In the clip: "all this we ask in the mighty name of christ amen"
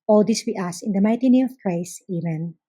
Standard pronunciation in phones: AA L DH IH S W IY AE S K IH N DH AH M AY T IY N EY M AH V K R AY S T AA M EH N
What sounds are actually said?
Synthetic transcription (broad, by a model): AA L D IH S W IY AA S IH N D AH M AY T IY N EY M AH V K R AY S T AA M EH N